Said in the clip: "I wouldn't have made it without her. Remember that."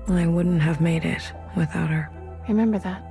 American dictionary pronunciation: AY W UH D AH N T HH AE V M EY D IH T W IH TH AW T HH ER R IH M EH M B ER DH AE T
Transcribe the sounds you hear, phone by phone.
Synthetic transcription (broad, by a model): AY W UH D N T HH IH V M EY D IH T W IH TH AW T HH ER R IH M EH M B ER DH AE T